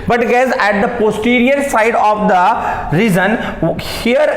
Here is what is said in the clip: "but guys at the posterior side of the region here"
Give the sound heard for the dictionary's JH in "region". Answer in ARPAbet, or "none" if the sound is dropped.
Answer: Z